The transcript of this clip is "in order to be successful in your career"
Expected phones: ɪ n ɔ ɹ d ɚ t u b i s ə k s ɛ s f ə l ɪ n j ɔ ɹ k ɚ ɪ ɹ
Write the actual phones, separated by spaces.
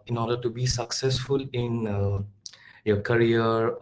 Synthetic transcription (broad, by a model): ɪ n ɔ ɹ d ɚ t u b i s ə k s ɛ s f ə l ɪ n j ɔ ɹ k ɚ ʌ ɹ